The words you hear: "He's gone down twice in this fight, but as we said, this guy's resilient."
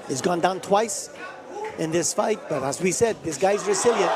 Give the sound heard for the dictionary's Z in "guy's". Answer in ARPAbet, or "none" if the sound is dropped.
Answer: Z